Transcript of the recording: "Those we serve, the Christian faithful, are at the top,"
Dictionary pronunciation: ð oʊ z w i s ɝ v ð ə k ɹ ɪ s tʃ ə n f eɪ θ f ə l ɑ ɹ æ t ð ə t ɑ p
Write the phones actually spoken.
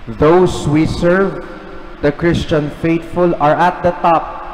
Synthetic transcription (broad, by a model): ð oʊ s w i s ɝ v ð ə k ɹ ɪ s tʃ ə n f eɪ t f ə l ɑ ɹ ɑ t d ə t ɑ p